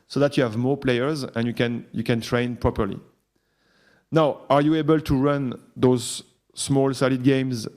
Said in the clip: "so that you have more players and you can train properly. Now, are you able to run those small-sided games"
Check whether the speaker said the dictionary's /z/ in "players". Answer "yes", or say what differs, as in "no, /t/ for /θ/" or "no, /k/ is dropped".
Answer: yes